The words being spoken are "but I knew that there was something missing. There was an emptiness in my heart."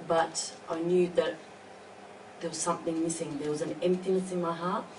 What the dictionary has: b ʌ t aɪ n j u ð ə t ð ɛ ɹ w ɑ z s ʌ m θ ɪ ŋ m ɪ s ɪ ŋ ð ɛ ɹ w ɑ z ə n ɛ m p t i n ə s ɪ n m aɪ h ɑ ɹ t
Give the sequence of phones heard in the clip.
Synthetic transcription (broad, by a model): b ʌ t aɪ n j u ð ə t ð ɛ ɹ w ɑ z s ʌ m θ ɪ ŋ m ɪ s ɪ ŋ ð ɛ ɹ w ɑ z ə n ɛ m p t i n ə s ɪ n m aɪ h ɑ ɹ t